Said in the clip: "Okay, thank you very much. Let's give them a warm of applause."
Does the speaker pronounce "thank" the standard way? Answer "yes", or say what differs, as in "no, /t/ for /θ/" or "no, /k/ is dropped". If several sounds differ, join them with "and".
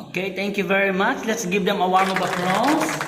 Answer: no, /t/ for /θ/